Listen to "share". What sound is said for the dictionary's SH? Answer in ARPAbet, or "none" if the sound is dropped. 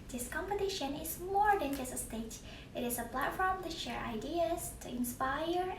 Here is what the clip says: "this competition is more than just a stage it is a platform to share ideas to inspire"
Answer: SH